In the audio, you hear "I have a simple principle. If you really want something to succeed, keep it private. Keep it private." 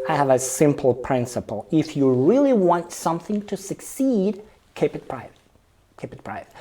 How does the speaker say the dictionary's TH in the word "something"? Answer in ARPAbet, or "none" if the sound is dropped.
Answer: TH